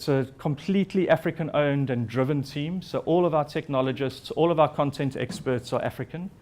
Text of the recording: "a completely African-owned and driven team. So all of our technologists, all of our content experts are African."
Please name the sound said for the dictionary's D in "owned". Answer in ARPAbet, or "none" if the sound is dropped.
D